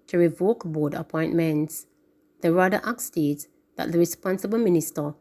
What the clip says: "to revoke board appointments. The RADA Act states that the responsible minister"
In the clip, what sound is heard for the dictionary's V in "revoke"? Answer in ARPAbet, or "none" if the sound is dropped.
V